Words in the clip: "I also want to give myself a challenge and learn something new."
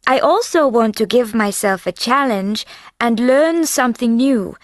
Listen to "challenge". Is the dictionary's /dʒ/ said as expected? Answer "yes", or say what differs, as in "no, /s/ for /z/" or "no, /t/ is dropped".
yes